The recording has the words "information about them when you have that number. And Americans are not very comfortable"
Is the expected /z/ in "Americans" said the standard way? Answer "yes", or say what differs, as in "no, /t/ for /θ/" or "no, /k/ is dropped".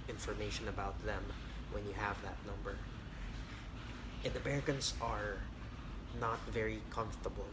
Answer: no, /s/ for /z/